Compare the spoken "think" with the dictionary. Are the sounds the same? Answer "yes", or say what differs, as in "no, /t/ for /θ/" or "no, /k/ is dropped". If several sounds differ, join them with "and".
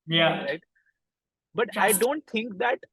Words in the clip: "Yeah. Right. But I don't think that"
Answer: no, /t/ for /θ/